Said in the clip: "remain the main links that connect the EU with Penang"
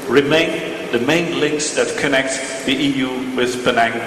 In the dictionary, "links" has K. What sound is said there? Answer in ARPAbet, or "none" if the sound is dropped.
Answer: K